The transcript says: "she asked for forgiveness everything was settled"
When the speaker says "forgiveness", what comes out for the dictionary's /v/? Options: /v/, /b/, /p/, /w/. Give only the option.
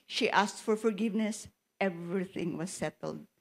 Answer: /v/